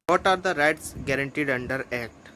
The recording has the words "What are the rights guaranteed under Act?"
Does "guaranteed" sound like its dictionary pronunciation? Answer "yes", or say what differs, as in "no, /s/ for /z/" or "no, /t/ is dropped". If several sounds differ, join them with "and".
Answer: yes